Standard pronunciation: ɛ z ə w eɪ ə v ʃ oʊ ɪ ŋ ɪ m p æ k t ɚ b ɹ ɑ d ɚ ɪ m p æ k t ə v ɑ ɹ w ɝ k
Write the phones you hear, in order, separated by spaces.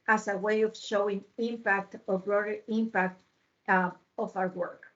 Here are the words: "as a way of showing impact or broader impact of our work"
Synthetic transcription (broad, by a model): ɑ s ə w eɪ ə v ʃ oʊ ɪ ŋ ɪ m p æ k t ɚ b ɹ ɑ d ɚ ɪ m p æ k t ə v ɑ w w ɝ k